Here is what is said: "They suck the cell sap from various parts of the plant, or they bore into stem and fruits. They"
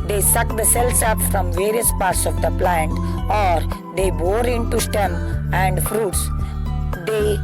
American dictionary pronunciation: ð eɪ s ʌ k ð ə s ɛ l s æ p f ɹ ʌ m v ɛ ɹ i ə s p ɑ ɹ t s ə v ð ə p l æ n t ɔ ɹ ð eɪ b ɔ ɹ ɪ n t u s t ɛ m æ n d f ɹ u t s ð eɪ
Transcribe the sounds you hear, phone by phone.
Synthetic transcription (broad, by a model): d eɪ s ʌ k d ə s ɛ l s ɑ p f ɹ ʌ m v ɛ ɹ i ə s p ɑ ɹ t s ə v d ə p l æ n t ɔ ɹ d eɪ b ɔ ɹ ɪ n t u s t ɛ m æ n d f ɹ u t s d eɪ